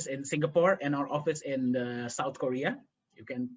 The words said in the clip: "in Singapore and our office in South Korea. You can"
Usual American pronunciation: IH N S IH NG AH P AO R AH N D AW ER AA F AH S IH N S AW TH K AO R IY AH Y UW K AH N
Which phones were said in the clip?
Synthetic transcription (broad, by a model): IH N S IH NG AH P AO R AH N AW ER AA F AH S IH N S AW T K AO R IY AH Y UW K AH N